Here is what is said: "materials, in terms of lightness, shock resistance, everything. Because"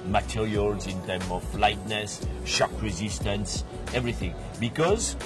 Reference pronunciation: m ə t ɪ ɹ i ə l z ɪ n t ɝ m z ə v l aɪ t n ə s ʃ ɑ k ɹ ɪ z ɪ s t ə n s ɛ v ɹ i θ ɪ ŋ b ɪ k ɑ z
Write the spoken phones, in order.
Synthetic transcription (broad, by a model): m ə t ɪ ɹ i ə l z ɪ n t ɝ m ə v l aɪ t n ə s ʃ ɑ k ɹ ɪ z ɪ s t ə n s ɛ v ɹ i θ ɪ ŋ b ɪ k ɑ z